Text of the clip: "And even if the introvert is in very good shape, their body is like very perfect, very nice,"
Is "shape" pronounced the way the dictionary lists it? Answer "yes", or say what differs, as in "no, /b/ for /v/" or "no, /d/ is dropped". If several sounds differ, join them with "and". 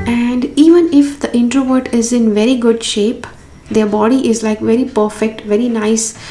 yes